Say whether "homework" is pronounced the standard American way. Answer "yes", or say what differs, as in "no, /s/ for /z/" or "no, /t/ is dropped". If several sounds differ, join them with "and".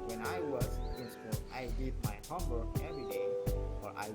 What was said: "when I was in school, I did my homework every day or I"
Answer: no, /k/ is dropped